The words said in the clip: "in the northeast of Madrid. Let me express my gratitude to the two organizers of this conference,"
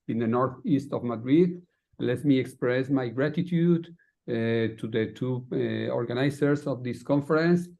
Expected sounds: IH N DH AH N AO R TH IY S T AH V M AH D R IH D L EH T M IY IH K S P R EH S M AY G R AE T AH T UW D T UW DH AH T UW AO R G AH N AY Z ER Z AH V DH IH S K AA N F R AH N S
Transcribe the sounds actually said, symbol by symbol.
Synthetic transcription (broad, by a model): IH N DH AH N AO R TH IY S T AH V M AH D R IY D L EH T M IY IH K S P R EH S M AY G R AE T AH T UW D T UW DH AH T UW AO R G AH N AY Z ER S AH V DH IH S K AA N F R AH N S